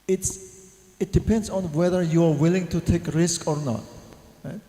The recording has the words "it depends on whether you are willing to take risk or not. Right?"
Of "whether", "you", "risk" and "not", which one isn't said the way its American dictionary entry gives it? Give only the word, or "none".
none